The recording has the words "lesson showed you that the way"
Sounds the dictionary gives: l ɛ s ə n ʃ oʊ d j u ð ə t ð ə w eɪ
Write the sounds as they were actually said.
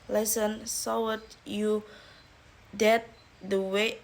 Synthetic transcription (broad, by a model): l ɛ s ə n s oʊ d j u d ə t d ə w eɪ